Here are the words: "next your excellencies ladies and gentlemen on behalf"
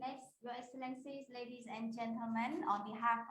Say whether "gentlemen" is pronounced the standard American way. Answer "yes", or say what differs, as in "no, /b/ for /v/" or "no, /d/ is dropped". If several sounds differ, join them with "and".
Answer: yes